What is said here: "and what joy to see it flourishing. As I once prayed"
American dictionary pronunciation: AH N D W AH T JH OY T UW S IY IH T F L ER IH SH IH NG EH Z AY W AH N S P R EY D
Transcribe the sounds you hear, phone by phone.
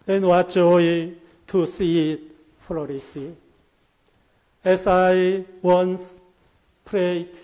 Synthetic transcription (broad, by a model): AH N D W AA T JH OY T UW S IY IH T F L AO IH S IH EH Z AY W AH N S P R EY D